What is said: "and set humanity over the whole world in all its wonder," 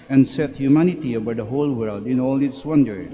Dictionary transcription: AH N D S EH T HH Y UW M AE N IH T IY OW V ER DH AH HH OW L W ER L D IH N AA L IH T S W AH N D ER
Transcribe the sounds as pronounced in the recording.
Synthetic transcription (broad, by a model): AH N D S EH T HH Y UW M AE N IH T IY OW B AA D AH HH OW L W ER L D IH N AA L IH T S W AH N D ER